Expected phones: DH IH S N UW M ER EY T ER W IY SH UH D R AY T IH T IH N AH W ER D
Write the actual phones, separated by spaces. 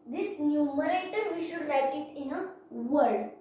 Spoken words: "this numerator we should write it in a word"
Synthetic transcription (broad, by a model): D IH S N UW M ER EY T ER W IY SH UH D L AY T IH T IH N AH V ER D